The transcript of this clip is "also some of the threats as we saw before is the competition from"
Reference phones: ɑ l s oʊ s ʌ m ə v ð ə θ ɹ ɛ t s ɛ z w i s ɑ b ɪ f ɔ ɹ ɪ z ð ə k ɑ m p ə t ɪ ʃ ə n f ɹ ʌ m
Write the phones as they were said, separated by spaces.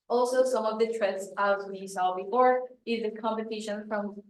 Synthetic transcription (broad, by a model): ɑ l s oʊ s ʌ m ə v ð ə t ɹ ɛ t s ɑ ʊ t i s ɑ b ɪ f ɔ ɹ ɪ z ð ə k ɑ m p ə t ɪ ʃ ə n f ɹ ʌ m